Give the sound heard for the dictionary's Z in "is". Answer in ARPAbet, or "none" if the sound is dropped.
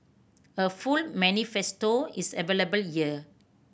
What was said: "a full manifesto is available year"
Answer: S